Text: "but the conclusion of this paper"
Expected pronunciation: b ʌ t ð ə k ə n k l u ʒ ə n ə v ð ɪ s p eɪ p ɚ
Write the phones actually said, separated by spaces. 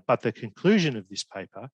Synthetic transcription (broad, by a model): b ʌ t ð ə k ə n k l u ʒ ə n ə v ð ɪ s p eɪ p ɚ